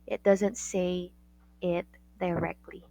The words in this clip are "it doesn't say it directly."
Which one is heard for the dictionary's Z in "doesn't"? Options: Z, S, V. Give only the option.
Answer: Z